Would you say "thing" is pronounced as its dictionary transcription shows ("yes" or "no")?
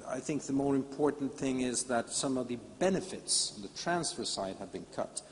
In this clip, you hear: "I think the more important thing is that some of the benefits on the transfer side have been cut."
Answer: yes